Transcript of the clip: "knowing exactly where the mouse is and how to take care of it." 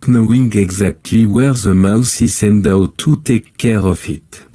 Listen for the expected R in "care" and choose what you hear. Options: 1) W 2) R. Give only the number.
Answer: 2